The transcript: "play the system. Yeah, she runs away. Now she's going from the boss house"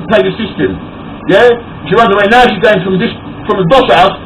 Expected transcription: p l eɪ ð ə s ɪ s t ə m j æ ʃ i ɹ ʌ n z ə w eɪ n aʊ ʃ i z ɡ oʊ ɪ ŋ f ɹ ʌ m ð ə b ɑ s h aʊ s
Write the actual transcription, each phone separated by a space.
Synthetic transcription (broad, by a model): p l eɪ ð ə s ɪ s t ə m j æ ʃ i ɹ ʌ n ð ə w eɪ n aʊ ʃ i z ɡ oʊ ɪ ŋ f ɹ ʌ m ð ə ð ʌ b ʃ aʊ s